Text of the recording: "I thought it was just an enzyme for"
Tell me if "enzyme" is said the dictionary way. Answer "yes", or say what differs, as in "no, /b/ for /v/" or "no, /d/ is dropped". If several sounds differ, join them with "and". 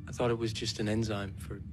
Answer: yes